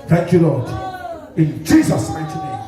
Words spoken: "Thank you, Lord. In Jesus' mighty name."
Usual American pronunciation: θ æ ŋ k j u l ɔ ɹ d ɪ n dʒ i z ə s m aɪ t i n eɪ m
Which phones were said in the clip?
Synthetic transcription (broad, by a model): θ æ ŋ k j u l ɔ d ɪ n dʒ i z ə s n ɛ t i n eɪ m